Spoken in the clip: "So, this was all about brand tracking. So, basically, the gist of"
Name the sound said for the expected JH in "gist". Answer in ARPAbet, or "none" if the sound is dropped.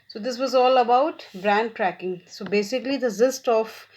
Z